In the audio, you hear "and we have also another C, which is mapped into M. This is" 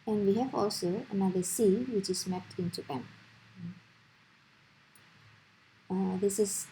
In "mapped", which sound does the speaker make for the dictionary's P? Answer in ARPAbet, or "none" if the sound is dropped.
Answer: none